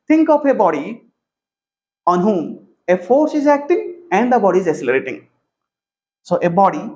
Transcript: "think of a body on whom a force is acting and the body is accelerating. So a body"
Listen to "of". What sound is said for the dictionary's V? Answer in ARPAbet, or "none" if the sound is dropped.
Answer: P